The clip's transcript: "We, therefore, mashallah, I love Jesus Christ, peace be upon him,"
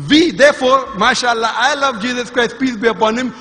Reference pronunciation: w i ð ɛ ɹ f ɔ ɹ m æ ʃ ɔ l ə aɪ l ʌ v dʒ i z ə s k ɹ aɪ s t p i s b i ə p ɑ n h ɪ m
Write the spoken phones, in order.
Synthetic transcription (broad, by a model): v i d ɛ ɹ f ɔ ɹ m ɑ ʃ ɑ l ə aɪ l ʌ v dʒ i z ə s k ɹ aɪ s t p i s b i ə p ɑ n h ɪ m